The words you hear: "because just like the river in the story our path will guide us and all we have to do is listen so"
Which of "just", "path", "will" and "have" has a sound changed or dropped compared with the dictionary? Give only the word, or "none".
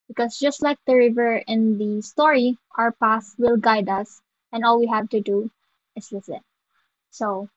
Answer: path